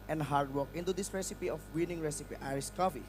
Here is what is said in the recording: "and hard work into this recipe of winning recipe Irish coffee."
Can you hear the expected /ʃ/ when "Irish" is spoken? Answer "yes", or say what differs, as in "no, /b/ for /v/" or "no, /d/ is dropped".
no, /s/ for /ʃ/